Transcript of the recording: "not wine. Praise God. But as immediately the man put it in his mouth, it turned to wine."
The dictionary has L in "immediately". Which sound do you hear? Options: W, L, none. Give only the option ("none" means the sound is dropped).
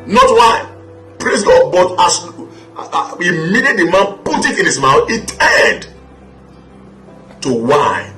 none